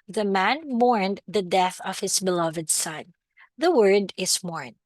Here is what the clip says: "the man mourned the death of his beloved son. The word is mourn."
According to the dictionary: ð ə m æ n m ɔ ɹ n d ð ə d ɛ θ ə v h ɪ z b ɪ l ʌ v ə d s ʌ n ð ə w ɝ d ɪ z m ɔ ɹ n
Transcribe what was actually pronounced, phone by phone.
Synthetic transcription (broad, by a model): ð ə m æ n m ɔ ɹ n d ð ə d ɛ θ ə v h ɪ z b ɪ l ʌ v ə d s ʌ n ð ə w ɝ d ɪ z m ɔ ɹ n